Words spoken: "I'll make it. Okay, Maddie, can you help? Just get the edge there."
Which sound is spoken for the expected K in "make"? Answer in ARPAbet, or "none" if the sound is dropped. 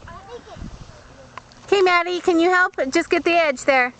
none